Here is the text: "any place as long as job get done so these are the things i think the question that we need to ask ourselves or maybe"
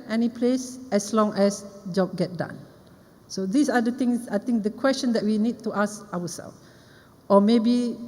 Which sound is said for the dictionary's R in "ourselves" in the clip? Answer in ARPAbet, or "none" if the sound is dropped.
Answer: W